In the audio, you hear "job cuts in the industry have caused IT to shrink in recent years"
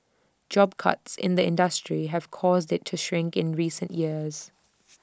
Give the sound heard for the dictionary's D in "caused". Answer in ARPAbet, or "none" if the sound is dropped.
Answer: D